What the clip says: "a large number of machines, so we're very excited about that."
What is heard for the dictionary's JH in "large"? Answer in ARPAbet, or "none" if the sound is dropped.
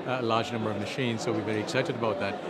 JH